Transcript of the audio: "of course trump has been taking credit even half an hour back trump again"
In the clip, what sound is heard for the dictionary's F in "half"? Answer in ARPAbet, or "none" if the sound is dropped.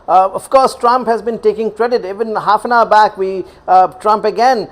F